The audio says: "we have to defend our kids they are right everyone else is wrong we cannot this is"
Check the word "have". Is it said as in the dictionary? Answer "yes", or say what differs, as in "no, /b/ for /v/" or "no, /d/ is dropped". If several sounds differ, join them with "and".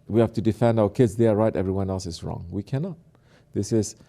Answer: no, /f/ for /v/